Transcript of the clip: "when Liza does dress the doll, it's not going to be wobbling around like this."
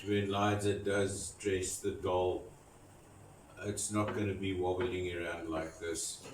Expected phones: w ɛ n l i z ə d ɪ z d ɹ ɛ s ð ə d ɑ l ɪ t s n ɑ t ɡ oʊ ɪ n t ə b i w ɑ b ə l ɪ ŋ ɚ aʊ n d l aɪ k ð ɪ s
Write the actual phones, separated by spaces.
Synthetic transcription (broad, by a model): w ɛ n l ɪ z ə d ɪ z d ɹ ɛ s ð ə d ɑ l ɪ t s n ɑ t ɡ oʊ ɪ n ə b i w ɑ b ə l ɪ ŋ ɚ aʊ n d l aɪ k ð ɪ s